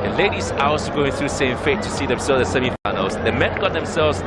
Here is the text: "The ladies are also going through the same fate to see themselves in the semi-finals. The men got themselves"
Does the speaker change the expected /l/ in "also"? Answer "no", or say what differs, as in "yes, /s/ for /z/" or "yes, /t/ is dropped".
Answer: yes, /l/ is dropped